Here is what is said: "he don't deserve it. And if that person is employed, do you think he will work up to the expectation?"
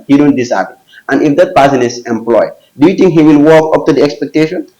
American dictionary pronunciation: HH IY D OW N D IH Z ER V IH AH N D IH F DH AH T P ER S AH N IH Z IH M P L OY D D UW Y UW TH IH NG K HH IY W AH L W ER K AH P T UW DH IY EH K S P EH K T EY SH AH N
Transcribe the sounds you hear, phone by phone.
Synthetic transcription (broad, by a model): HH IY D OW N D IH S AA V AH N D IH F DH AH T P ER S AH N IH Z IH M P L OY D D UW Y UW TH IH NG K HH IY W AH L W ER K AH P T UW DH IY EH K S P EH K T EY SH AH N